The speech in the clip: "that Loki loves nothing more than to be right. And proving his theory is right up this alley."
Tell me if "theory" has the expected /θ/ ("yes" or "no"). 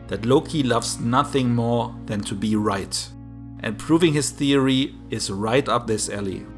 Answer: yes